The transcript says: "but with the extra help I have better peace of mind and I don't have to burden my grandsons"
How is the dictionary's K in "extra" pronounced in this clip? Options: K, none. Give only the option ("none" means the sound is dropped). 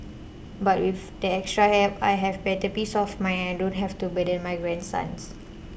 K